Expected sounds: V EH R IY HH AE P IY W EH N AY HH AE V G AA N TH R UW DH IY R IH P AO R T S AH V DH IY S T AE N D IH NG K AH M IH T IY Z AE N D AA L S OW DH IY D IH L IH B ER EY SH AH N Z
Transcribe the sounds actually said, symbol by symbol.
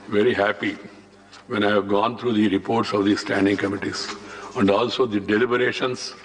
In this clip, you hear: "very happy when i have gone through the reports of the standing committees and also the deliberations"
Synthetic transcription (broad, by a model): V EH R IY HH AE P IY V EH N AY HH AE V G AA N T R UW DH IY R IH P AO R T S AH V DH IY S T AE N D IH NG K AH M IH T IY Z AE N D AA L S OW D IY D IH L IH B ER EY SH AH N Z